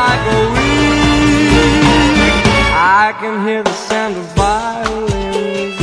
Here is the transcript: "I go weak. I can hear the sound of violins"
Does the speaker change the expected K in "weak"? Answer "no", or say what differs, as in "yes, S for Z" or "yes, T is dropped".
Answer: yes, K is dropped